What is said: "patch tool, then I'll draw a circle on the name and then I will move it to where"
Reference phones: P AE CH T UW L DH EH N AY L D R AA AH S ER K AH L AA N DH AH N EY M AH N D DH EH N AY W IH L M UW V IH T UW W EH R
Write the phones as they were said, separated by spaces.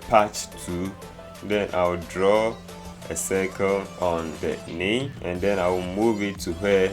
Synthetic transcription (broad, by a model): P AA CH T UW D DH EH N AY W D R AA AH S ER K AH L AA N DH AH N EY AH N D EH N AY W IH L M UW V IH T UW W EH